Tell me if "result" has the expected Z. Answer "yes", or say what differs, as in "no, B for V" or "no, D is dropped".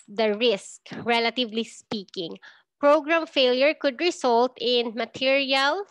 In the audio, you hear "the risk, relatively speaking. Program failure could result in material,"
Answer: no, S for Z